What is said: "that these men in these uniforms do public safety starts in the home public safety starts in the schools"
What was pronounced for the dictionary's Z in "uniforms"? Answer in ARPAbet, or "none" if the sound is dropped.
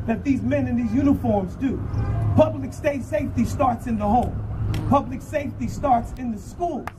Z